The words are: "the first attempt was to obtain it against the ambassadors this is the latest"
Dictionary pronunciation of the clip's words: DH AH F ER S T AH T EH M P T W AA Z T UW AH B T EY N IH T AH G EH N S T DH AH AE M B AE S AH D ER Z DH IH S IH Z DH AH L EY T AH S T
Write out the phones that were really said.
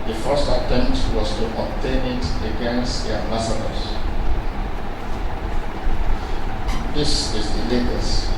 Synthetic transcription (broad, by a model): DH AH F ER S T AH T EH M T W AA S T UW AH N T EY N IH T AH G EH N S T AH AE M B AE S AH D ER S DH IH S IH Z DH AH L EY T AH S